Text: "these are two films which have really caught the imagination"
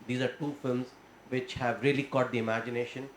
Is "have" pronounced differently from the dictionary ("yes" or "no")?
no